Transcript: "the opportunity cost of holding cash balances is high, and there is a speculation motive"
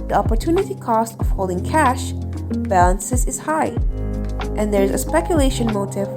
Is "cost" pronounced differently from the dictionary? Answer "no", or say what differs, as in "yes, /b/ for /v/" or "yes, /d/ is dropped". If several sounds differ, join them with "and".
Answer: no